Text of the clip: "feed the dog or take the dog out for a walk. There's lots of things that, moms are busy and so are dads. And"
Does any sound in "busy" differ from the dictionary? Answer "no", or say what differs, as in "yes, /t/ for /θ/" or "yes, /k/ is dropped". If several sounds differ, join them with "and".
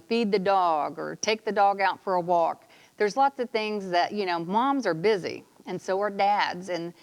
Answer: no